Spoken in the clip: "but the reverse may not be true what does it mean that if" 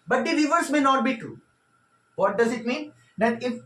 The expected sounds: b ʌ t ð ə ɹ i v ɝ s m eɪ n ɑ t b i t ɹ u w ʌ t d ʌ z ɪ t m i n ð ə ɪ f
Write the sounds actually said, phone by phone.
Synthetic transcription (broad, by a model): b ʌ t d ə l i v ɝ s m eɪ n ɑ t b i t u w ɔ t d ʌ z ɪ t m i n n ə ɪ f